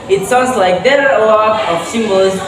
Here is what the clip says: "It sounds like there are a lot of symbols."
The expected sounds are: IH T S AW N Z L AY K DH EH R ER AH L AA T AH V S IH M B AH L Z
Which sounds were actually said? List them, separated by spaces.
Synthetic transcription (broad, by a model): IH T S AW N Z L AY K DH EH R ER AH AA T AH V S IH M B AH L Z